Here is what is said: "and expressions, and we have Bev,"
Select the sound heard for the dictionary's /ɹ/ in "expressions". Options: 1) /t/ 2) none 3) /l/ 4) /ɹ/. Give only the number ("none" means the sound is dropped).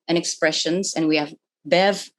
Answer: 4